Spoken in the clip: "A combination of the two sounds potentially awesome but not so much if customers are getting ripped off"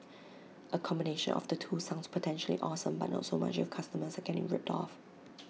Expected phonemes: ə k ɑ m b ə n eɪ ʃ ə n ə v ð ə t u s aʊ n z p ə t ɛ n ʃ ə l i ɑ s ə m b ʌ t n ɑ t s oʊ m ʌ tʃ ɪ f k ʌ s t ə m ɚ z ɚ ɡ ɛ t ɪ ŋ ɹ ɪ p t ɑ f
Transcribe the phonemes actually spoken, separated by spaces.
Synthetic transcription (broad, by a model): ə k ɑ m b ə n eɪ ʃ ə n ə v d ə t u s aʊ n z p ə t ɛ n ʃ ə l i ɑ s ə m b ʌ t n ɑ t s oʊ m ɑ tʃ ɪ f k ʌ s t ə m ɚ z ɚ ɡ ɛ t ɪ ŋ ɹ ɪ p t ɑ f